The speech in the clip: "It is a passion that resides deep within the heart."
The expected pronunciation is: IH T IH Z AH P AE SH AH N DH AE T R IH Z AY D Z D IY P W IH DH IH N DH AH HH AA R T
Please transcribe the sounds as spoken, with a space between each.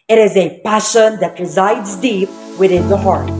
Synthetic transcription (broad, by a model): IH T IH Z AH P AE SH AH N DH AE T R IH Z AY D Z D IY P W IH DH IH N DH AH HH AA R T